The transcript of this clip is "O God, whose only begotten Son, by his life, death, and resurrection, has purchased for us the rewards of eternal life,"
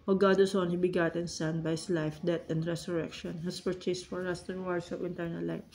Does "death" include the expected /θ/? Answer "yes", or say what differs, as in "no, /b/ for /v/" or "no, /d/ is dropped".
no, /t/ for /θ/